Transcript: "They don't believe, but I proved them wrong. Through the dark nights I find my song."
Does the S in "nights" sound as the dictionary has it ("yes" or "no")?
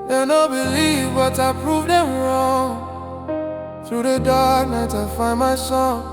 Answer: no